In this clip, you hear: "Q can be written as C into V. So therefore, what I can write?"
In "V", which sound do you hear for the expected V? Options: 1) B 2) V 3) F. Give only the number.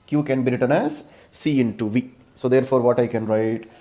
2